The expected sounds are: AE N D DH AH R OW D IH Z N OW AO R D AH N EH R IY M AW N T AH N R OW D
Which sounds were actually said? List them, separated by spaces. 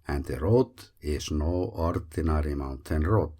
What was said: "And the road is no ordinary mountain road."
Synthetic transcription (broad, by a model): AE N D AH R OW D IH S N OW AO R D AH N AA R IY M AW N T AH N R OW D